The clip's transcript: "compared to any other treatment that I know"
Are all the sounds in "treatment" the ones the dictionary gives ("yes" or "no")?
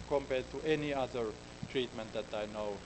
yes